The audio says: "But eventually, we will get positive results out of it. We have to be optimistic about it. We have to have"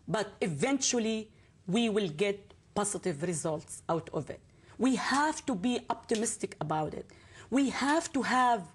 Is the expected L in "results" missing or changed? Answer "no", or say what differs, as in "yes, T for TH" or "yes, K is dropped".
no